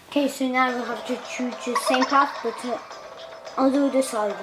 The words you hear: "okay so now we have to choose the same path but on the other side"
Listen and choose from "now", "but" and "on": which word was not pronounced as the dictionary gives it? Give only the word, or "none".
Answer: on